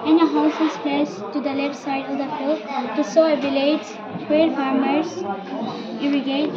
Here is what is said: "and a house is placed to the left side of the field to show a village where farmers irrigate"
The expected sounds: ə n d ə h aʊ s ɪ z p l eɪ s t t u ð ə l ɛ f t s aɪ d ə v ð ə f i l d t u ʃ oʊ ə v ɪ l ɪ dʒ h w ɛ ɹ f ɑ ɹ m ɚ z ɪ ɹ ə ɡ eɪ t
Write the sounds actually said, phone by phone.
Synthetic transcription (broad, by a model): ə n ə h aʊ s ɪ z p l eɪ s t t u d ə l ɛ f t s aɪ d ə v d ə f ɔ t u s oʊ ə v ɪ l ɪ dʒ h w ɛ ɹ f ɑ ɹ m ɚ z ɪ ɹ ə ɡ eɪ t